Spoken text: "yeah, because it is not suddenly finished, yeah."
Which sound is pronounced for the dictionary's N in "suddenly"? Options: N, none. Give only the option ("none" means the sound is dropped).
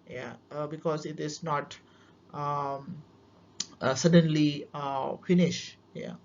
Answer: N